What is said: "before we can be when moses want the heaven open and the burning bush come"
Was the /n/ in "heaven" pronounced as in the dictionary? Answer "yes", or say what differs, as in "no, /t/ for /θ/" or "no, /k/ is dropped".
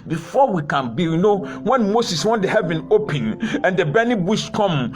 yes